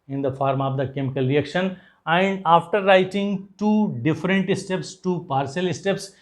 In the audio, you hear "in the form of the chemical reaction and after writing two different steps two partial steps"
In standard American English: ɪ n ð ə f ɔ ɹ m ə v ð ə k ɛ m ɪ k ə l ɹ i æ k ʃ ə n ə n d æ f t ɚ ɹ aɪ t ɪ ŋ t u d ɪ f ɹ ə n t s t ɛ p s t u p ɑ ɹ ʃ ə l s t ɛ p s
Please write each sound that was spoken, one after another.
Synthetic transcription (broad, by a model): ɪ n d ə f ɔ ɹ m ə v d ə k ɛ m ɪ k ə l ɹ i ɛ k ʃ ə n ə n d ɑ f t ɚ ɹ aɪ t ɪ ŋ t u d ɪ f ɹ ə n t s t ɛ p s t u p ɑ ɹ s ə l s t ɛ p s